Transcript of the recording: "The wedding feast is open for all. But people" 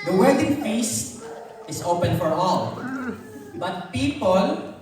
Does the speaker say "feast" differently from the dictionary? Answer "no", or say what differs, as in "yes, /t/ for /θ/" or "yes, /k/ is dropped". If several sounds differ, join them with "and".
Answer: yes, /t/ is dropped